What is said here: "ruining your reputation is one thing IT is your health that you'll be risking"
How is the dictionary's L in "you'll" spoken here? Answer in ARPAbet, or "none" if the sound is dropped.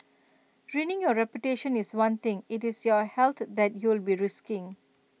L